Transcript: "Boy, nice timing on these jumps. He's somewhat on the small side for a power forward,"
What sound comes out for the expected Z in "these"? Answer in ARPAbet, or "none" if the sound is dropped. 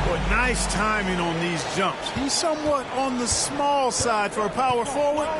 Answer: Z